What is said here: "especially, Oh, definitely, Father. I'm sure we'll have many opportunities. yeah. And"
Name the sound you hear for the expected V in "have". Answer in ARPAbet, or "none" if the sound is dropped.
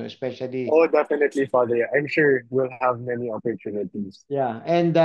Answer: V